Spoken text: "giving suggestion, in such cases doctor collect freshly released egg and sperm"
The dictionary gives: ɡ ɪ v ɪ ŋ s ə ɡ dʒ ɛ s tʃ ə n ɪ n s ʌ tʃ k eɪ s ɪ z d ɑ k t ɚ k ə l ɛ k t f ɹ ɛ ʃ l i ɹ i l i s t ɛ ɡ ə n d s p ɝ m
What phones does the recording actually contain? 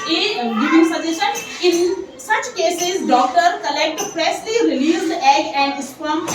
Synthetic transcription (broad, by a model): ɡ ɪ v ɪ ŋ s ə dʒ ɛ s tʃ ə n ɪ n s ʌ tʃ k eɪ s ɪ z d ɑ k t ɚ k ə l ɛ k t p ɹ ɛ s l i ɹ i l i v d ɛ ɡ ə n d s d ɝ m